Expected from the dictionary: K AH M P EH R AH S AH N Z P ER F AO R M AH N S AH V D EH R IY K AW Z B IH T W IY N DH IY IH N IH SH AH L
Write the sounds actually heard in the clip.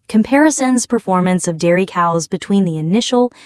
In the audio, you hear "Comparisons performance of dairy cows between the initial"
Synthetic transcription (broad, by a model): K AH M P EH R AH S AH N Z P ER F AO R M AH N S AH V D EH R IY K AW Z B IH T W IY N DH IY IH N IH SH L